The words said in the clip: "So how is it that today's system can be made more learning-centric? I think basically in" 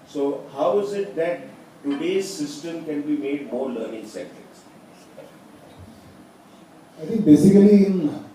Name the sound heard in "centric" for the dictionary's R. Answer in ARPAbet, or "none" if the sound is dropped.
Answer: none